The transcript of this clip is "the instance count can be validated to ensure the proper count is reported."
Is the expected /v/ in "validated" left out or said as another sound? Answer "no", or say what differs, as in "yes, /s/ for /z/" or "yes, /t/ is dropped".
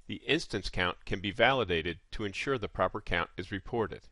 no